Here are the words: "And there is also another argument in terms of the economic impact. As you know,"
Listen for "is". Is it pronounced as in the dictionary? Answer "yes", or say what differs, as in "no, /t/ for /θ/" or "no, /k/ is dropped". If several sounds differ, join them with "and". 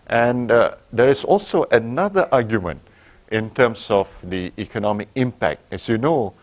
no, /s/ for /z/